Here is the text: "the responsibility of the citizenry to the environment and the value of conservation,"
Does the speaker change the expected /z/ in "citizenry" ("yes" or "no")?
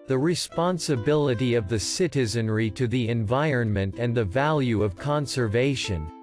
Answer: no